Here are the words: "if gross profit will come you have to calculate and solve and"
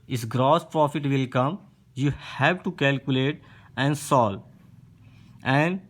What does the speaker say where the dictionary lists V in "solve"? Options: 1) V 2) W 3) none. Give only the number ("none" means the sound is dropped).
3